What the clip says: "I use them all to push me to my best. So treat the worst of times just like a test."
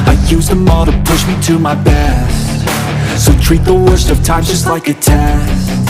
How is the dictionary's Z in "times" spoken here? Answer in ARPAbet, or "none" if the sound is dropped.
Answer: none